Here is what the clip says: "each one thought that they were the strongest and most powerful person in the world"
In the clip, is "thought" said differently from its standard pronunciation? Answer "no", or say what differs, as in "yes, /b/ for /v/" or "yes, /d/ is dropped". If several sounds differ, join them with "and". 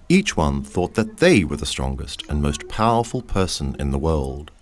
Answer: no